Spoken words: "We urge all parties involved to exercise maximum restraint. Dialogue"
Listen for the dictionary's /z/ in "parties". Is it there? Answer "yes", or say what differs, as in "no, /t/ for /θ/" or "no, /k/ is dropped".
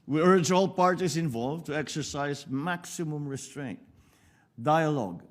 no, /s/ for /z/